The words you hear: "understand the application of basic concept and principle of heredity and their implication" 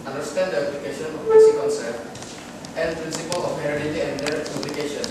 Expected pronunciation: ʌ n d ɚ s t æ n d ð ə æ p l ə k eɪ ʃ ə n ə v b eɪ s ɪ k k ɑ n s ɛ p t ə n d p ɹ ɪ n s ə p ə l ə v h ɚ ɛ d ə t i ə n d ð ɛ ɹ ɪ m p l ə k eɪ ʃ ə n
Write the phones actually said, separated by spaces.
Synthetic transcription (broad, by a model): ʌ n d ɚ s t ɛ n d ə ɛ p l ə k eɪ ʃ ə n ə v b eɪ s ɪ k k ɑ l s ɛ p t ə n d p ɹ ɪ n s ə p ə l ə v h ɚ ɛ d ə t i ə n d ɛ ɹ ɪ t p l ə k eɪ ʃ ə n